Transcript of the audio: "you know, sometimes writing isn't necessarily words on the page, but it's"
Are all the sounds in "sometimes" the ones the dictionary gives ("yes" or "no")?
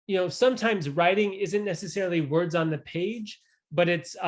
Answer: yes